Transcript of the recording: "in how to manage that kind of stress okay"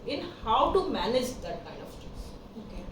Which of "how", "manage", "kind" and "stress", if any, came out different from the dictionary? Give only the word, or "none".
stress